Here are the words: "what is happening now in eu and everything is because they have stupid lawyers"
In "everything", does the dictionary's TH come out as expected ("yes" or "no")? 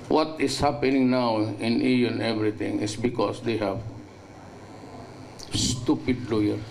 no